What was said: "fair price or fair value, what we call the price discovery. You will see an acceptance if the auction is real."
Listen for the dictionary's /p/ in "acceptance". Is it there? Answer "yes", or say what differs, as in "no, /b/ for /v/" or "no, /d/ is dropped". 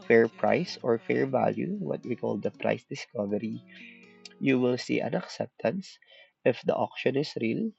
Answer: yes